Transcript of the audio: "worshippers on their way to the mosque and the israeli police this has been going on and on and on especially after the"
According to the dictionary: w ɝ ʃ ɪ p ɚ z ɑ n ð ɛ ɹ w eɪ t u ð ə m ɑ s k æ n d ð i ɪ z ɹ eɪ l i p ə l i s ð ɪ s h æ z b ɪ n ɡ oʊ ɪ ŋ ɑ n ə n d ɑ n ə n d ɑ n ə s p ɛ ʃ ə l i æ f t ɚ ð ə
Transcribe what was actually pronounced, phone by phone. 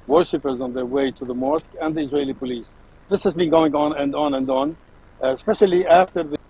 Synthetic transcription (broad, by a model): w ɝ ʃ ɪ p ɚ z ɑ n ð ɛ ɹ w eɪ t u ð ə m ɑ s k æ n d ð i ɪ z ɹ eɪ l i p ə l i s ð ɪ s h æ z b ɪ n ɡ oʊ ɪ ŋ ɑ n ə n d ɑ n ə n d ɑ n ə s p ɛ ʃ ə l i æ f t ɚ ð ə